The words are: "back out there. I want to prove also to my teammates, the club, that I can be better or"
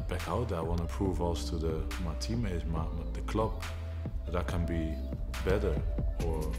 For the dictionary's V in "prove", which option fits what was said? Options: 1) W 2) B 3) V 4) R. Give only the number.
3